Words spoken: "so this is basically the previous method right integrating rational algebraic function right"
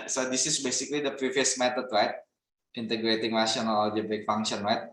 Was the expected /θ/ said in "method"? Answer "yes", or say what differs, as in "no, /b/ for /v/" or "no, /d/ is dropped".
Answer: no, /t/ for /θ/